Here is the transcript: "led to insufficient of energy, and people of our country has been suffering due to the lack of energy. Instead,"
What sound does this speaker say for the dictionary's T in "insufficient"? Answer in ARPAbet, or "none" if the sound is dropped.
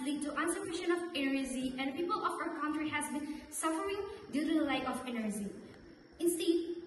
none